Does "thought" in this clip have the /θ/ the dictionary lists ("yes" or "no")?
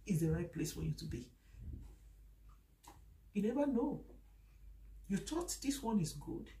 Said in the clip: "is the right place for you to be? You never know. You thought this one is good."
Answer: no